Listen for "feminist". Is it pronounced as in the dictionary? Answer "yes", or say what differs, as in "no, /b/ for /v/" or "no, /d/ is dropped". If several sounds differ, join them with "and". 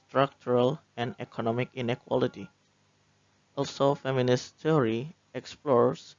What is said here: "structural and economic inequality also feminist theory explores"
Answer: yes